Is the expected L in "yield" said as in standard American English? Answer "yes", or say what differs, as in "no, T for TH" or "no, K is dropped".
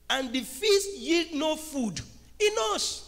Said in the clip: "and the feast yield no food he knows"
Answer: yes